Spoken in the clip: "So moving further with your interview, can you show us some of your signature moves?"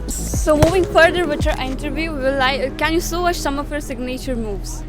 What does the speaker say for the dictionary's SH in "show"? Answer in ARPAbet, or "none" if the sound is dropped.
S